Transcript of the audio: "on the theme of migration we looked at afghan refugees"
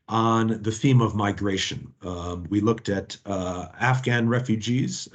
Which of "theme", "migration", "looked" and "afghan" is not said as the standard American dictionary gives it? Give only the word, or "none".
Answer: none